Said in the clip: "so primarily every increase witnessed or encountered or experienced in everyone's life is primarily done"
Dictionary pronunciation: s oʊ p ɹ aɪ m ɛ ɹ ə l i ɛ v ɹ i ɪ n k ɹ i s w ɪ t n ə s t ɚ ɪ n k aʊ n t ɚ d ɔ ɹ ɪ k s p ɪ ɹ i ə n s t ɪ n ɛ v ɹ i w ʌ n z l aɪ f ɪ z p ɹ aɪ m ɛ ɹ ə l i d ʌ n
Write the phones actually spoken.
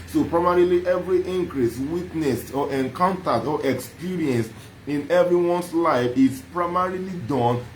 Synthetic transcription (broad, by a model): s oʊ p ɹ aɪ m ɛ ɹ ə l i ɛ v ɹ i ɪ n k ɹ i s w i t n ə s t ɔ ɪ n k aʊ n t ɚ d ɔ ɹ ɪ k s p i ɹ i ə n s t ɪ n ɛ v ɹ i w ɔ n s l aɪ f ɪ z p ɹ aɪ m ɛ ɹ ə l i d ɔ n